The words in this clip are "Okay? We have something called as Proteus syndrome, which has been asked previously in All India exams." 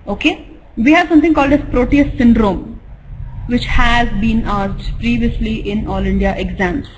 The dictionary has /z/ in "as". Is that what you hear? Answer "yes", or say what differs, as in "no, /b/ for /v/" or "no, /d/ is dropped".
no, /s/ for /z/